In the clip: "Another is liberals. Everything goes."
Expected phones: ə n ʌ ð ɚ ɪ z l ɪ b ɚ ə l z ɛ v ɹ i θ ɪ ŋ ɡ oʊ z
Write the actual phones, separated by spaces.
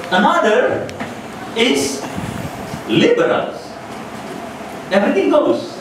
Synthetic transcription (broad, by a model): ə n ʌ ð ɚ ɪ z l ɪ b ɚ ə l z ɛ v ɹ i t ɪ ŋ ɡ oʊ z